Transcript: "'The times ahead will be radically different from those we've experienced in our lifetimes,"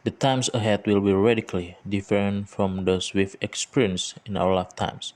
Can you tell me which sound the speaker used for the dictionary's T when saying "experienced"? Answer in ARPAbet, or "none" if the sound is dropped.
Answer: none